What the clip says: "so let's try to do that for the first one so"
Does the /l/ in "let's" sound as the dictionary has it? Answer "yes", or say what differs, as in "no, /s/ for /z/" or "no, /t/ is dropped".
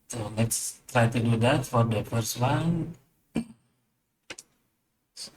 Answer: no, /n/ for /l/